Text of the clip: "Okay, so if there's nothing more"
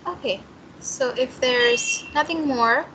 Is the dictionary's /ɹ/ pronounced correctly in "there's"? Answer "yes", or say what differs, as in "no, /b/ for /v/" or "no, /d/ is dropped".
yes